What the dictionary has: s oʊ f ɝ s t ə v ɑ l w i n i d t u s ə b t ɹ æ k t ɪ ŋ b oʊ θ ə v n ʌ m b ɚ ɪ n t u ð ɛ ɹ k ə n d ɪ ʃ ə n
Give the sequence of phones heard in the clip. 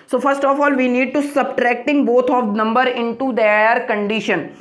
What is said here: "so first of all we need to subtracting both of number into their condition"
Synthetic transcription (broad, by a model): s oʊ f ɝ s t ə f ɑ l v i n i d t u s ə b t ɹ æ k t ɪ ŋ b oʊ t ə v n ʌ m b ɚ ɪ n t u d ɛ ɹ k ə n d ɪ ʃ ə n